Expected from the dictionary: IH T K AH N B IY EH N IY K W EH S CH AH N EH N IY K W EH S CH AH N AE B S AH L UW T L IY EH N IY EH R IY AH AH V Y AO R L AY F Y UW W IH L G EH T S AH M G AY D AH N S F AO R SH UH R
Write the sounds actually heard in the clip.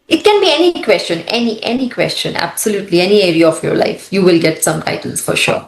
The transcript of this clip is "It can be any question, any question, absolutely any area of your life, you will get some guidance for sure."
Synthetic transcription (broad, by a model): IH T K AH N B IY EH N IY K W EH S CH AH N EH N IY K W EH S CH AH N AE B S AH L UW T L IY EH N IY EH R IY AH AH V Y AO R L AY F Y UW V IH L G EH T S AH M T AY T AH L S F AO R SH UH R